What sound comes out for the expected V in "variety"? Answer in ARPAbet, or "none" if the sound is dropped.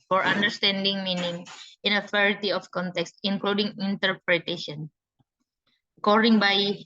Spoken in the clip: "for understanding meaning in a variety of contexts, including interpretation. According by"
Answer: F